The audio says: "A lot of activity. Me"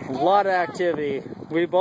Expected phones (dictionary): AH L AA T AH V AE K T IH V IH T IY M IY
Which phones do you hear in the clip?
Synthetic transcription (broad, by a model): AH L AA T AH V AE K T IH V IH T IY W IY